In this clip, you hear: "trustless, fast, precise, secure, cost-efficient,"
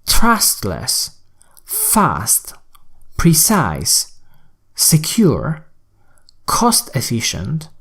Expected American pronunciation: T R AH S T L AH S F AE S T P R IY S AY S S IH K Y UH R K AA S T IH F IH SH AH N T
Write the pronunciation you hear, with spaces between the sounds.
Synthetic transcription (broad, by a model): T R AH S T L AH S F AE S T P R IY S AY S S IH K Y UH R K AA S T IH F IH SH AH N T